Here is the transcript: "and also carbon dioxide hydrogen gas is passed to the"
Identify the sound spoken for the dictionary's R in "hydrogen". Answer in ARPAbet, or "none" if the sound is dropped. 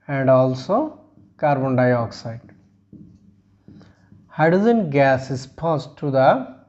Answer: none